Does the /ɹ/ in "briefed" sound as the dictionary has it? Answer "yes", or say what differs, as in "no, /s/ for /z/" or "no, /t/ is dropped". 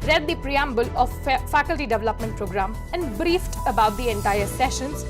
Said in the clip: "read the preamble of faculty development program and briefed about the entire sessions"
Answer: yes